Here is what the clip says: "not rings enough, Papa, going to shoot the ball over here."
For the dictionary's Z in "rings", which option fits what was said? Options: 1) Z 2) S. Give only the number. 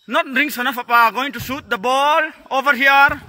2